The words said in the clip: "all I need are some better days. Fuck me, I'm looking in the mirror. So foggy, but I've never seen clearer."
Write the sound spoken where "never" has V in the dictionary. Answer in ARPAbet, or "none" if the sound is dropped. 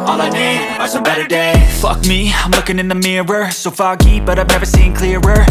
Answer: V